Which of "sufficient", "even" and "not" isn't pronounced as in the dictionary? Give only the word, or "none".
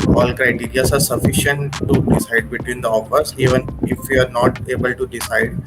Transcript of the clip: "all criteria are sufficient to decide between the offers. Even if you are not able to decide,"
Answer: none